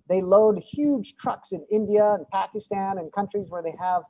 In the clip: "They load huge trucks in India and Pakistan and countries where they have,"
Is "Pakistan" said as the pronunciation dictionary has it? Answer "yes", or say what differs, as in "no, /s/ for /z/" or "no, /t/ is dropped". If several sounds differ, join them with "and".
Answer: yes